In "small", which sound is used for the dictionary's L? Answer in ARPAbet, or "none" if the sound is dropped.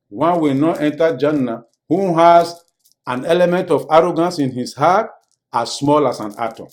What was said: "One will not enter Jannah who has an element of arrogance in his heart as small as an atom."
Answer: L